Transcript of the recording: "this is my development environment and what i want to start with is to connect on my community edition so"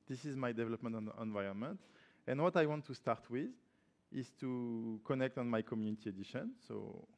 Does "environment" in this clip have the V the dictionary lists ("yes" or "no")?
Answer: yes